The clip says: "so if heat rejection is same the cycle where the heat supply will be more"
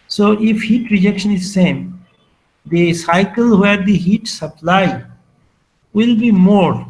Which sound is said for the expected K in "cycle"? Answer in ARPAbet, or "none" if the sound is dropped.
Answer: K